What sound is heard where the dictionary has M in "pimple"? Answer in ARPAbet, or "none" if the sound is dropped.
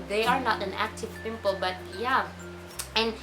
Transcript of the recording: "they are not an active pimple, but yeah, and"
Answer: M